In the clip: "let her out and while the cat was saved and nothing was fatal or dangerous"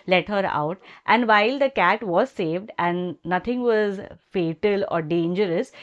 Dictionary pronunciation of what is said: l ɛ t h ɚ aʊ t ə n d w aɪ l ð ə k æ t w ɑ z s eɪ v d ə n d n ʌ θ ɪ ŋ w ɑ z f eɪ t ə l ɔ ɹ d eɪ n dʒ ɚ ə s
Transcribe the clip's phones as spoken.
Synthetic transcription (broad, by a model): l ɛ t h ɚ aʊ t ə n d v aɪ l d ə k æ t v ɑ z s eɪ v d ə n d n ʌ t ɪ ŋ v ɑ z f eɪ t ə l ɔ ɹ d eɪ n dʒ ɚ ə s